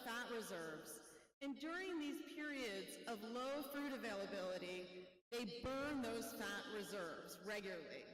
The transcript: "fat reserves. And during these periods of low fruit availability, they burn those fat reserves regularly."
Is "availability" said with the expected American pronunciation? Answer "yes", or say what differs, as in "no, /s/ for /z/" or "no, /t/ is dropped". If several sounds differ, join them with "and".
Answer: yes